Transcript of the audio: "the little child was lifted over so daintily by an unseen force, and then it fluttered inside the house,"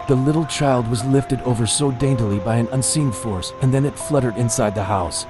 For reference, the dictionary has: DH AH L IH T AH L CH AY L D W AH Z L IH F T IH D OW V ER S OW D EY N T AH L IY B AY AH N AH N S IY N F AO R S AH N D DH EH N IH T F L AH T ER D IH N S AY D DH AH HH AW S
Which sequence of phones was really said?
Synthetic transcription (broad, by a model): DH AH L IH T L CH AY L D W AH Z L IH F T IH D OW V ER S OW D EY N T AH L IY B AY AH N AH N S IY N F AO R S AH N DH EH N IH T F L AH T ER D IH N S AY D DH AH HH AW S